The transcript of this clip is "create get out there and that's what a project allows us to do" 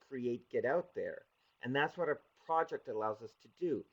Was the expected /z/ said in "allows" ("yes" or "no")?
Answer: yes